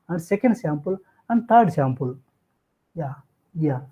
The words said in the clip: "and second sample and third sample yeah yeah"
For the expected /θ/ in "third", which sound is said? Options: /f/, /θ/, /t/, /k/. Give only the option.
/t/